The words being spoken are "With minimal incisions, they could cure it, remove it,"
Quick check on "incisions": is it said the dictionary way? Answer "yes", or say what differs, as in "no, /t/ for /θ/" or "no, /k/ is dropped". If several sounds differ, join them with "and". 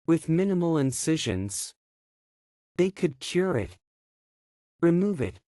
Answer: yes